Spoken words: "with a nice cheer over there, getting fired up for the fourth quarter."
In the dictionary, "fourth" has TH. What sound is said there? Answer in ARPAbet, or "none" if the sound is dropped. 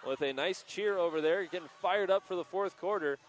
TH